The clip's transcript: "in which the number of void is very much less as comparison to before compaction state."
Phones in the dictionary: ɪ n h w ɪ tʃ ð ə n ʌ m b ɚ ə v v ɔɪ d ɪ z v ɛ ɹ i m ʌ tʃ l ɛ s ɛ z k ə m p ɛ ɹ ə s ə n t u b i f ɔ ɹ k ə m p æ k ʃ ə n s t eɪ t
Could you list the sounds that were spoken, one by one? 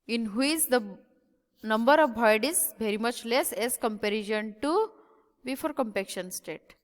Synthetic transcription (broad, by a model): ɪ n h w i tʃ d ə n ʌ m b ɚ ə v b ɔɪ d ɪ z v ɛ ɹ i m ʌ tʃ l ɛ s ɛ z k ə m p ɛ ɹ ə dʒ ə n t u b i f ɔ ɹ k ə m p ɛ k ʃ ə n s t eɪ t